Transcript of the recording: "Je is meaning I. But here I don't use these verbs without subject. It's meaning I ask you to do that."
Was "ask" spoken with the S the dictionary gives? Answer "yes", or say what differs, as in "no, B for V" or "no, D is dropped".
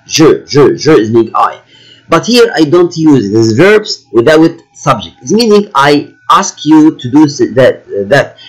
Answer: yes